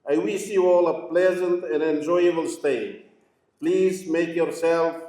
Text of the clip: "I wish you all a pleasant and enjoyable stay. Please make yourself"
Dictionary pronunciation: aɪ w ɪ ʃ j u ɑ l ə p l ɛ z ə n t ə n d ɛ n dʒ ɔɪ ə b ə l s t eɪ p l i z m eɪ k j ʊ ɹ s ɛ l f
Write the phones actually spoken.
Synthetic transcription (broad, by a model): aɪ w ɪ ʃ j u ɑ l ə p l ɛ z ə n t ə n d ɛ n dʒ ɔɪ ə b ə l s t eɪ p l i z m eɪ k j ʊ ɹ s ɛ l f